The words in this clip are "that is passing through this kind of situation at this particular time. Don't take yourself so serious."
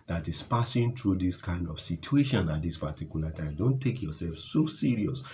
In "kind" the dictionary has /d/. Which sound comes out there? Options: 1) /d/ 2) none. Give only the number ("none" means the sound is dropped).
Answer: 1